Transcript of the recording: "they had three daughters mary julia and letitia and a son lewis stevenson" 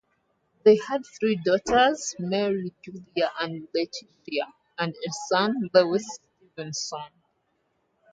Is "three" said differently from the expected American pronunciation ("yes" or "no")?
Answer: no